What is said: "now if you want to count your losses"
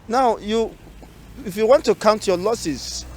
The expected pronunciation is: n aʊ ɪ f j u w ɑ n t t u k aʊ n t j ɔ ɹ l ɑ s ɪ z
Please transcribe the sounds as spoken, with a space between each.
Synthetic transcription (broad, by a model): n aʊ ɪ f j u w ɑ n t t u k aʊ n t j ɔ l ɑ s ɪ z